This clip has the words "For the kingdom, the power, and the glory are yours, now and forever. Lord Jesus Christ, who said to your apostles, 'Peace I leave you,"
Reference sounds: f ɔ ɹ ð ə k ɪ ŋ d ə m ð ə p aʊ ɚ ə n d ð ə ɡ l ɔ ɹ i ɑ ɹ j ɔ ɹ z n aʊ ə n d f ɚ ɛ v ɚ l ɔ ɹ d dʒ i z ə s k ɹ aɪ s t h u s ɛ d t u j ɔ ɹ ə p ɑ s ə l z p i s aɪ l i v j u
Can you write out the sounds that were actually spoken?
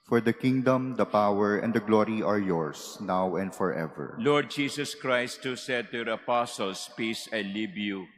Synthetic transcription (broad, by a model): f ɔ ɹ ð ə k ɪ ŋ d ə m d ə p aʊ ɚ ə n d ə ɡ l ɔ ɹ i ɑ ɹ j ɔ ɹ s n aʊ ə n d f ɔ ɛ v ɚ l ɔ ɹ d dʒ i s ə s k ɹ aɪ s t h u s ɛ d t u j ɔ ɹ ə p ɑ s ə l s p i s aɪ l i b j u